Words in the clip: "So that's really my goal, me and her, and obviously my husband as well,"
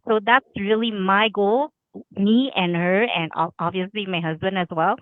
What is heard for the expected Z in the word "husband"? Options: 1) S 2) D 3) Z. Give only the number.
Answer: 3